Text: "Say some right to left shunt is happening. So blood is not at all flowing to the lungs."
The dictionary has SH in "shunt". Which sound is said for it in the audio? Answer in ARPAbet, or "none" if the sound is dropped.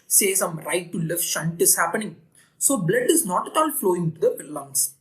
SH